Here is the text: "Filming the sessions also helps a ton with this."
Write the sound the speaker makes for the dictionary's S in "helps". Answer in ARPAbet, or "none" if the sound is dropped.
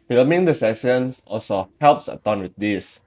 S